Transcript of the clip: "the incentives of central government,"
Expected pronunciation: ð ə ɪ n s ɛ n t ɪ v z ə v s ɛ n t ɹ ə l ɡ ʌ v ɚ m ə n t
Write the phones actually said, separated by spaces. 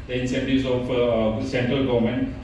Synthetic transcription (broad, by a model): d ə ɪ n s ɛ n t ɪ z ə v s ɛ n t ɹ ə l ɡ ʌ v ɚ m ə n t